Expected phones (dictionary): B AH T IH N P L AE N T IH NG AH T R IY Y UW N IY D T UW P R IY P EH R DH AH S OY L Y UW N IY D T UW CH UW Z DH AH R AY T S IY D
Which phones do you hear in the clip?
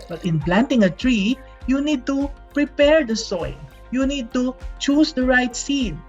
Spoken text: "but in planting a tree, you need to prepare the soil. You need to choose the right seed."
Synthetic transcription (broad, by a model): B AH T IH N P L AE N T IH NG AH T R IY Y UW N IY D T UW P R IY P EH R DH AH S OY N Y UW N IY D T UW CH UW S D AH R AY T S IY D